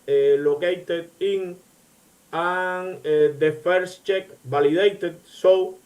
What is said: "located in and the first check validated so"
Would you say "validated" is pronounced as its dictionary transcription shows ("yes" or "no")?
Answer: no